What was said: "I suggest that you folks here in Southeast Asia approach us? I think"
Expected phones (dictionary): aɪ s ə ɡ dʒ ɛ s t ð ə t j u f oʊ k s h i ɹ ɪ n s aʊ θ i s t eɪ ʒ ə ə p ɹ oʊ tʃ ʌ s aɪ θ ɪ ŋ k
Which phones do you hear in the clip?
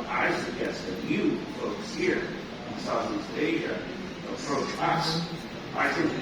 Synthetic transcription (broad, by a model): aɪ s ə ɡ ɛ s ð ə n j u f oʊ k s h i ɹ ɪ n s aʊ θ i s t eɪ ʒ ə ə p ɹ oʊ tʃ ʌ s aɪ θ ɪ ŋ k